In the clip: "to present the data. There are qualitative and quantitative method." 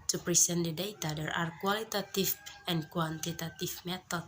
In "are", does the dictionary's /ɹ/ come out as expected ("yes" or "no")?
yes